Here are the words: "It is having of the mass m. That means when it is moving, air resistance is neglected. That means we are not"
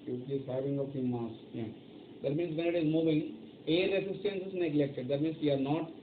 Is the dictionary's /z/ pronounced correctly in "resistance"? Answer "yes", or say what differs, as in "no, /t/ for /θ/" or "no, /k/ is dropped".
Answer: no, /s/ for /z/